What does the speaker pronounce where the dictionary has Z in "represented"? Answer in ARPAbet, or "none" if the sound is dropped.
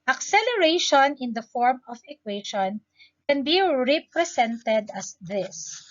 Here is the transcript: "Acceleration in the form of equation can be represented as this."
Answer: S